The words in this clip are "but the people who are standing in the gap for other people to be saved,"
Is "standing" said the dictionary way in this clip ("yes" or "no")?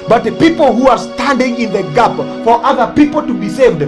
yes